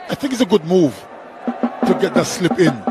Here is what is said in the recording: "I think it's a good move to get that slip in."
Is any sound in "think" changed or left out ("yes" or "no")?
no